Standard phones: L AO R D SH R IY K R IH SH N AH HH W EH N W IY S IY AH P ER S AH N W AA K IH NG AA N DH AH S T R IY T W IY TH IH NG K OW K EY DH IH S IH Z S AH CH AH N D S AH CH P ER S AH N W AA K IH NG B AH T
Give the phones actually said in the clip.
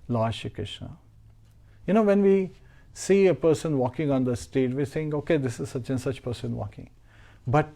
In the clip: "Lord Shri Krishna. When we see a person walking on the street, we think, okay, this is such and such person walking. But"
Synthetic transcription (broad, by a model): L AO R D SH IY K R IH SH N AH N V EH N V IY S IY AH P ER S AH N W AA K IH NG AA N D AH S T EH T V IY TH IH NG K OW K EY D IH S IH Z S AH CH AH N S AH CH P ER S AH N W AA K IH NG B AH T